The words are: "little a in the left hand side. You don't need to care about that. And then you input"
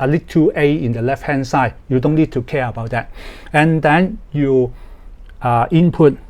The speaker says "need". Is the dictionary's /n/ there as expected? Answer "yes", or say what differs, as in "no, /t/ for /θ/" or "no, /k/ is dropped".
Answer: yes